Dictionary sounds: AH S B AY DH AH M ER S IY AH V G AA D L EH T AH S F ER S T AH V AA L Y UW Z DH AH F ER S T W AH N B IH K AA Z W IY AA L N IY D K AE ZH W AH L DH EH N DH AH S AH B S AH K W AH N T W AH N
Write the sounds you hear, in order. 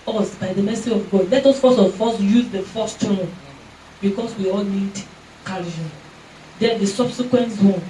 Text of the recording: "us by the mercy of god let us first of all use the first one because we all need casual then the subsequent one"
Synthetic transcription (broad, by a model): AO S B AY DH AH M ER S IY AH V G AA D L EH T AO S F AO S AH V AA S Y UW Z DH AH F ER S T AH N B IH K AA S W IY AA L N IY D K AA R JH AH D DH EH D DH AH S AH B S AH K W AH N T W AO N